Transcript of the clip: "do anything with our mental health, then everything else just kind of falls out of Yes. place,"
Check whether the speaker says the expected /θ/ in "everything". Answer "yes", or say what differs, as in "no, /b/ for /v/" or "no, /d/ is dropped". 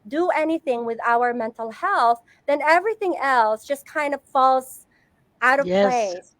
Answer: yes